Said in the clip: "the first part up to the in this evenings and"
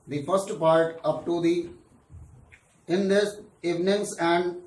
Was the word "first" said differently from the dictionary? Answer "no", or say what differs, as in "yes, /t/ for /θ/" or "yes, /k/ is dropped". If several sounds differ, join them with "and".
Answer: no